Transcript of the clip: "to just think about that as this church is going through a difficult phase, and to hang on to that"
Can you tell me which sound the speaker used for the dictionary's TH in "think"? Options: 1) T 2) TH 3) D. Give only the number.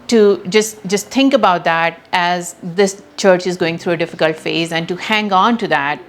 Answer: 1